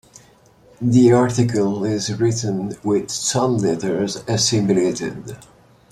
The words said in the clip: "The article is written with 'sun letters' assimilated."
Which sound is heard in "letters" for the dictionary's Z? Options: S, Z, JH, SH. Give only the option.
Z